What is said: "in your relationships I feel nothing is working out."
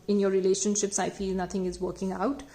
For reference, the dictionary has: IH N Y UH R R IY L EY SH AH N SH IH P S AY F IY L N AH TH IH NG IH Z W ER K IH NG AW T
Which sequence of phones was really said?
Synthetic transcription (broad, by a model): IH N Y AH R R IY L EY SH AH N SH IH P S AY F IY L N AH T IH NG IH Z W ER K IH NG AW T